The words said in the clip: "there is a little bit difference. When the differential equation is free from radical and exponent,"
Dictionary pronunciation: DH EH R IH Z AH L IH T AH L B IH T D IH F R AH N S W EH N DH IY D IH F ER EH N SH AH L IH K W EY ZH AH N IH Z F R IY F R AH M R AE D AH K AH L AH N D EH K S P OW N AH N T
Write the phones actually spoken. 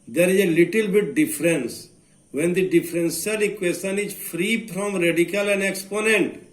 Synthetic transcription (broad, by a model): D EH R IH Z AH L IH T AH L B IH T D IH F R AH N S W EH N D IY D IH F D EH N S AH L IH K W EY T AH N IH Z F R IY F R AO M R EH D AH K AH L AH N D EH K S P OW N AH N T